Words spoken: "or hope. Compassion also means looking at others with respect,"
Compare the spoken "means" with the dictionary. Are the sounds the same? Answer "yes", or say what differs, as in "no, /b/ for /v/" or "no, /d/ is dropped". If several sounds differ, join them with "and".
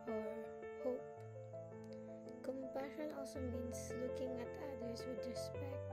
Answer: no, /s/ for /z/